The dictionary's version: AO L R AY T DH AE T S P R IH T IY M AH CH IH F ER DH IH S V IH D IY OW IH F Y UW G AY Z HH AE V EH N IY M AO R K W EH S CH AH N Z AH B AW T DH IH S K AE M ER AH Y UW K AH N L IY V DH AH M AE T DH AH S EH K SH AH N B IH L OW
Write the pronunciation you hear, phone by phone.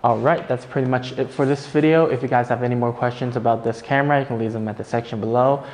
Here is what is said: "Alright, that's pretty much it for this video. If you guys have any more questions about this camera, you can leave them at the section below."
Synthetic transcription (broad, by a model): AO L R AY T DH AE T S P R IH T IY M AH CH IH F ER DH IH S V IH D IY OW IH F Y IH G AY Z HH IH V EH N IY M AO R K W EH S CH AH N Z AH B AW T DH IH S K AE M ER AH Y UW K N L IY V DH AH M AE T DH AH S EH K SH AH N B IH L OW